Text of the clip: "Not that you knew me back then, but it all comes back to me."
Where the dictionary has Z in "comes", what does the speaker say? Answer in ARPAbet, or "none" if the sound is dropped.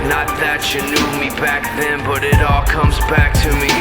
Z